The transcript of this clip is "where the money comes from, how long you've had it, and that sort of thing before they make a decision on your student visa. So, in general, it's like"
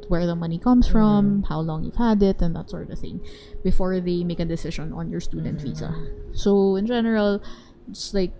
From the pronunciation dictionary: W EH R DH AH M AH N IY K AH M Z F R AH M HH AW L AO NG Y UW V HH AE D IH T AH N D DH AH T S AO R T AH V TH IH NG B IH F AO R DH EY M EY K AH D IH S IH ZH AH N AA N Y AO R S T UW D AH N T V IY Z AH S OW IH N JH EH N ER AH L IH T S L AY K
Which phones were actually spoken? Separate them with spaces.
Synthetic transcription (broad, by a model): W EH R DH AH M AH N IY K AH M S F R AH M HH AW L AO NG Y UW V HH AE D IH T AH N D DH AH T S AO R T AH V TH IH NG B IH F AO R DH EY M EY K AH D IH S IH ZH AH N AA N Y AO R S T UW D AH N T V IY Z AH S OW IH N JH EH N ER AH L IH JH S L AY K